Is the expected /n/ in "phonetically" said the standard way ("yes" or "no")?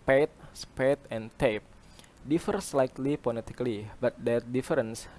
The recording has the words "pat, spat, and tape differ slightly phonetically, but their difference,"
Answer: no